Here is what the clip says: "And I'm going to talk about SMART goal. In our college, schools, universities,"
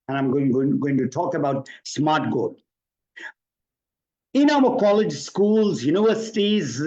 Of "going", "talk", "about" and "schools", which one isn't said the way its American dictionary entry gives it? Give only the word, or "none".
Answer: none